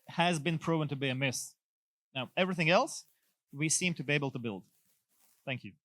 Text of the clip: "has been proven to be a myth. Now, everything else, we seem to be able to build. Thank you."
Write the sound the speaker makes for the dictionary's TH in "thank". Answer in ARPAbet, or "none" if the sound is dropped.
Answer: TH